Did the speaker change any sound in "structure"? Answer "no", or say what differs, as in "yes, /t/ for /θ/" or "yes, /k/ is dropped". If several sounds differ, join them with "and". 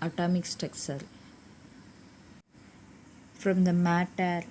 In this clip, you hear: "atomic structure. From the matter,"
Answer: yes, /ɹ/ is dropped and /s/ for /tʃ/